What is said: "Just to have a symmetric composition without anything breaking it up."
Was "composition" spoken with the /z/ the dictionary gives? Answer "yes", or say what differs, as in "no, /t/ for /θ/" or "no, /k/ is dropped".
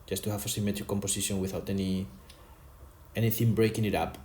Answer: no, /s/ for /z/